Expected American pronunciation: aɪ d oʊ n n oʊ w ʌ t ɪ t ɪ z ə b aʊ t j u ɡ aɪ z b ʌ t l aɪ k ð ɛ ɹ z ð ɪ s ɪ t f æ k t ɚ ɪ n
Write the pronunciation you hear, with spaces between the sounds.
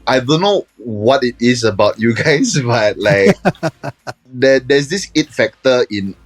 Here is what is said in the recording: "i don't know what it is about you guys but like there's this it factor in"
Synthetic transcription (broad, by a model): aɪ d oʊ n n oʊ w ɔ t ɪ t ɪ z ə b aʊ t j u ɡ aɪ s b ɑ t l aɪ k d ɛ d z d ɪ s ɪ t f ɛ k t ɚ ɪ n